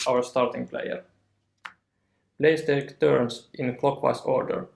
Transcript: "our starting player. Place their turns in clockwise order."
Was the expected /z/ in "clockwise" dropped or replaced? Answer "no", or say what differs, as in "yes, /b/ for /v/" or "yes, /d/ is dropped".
yes, /s/ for /z/